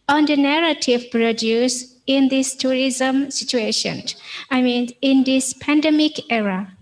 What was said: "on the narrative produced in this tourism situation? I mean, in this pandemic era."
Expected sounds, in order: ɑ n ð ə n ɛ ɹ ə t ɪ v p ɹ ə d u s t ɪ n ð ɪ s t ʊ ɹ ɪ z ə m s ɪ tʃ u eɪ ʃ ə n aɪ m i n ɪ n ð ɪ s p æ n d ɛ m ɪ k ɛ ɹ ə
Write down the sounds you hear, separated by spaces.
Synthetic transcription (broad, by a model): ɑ n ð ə n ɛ ɹ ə t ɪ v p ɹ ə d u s ɪ n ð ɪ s t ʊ ɹ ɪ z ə m s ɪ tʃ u eɪ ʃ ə n aɪ m i n ɪ n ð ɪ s p æ n d ɛ m ɪ k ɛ ɹ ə